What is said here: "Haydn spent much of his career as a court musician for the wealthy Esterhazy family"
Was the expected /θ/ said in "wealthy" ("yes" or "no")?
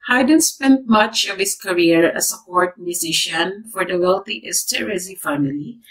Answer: no